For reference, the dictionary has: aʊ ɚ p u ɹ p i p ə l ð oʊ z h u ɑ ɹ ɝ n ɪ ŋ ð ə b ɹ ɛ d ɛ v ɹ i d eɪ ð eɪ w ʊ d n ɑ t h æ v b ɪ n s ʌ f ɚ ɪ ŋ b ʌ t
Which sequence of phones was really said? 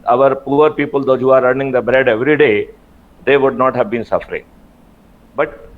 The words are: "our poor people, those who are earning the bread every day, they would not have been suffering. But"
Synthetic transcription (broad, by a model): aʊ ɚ p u ɹ p i p ə l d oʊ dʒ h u ɑ ɹ ɝ n ɪ ŋ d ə b ɹ ɛ d ɛ v ɹ i d eɪ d eɪ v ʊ d n ɑ t h æ v b ɪ n s ʌ f ɚ ɪ ŋ b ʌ t